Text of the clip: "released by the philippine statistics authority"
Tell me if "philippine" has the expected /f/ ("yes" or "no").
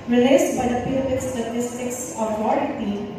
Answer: no